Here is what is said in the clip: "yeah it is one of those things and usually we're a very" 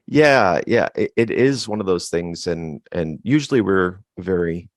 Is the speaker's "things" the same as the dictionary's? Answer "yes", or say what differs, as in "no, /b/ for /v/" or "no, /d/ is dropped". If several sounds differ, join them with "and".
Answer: yes